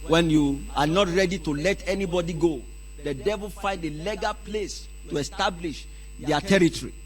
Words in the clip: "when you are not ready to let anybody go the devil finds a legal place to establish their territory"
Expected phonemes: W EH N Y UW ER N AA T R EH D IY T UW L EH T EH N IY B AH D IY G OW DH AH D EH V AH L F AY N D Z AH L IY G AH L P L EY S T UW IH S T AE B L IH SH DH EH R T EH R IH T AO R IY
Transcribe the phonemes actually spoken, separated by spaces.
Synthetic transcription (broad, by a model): W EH N Y UW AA N AA T R EH D IY T UW L EH T EH N IY B AH D IY G OW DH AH D EH V AH L F AY N D AH L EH G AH P L EY S T UW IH S T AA B L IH SH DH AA T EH R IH T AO R IY